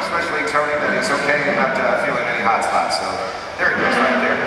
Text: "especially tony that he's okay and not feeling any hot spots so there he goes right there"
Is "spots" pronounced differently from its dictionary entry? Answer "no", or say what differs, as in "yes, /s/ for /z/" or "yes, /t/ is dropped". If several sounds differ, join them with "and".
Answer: yes, /p/ is dropped